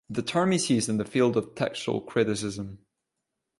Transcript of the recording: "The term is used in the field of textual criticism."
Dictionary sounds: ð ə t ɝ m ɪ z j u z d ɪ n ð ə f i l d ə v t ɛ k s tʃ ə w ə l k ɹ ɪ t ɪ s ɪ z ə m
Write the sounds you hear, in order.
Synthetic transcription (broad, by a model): ð ə t ɝ m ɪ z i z ɪ n ð ə f i l d ə v t ɛ k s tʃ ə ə l k ɹ ɪ t ɪ s ɪ z ə m